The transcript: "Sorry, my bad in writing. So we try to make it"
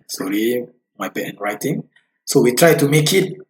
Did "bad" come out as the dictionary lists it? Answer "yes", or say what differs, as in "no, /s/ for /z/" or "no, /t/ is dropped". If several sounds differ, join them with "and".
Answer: no, /d/ is dropped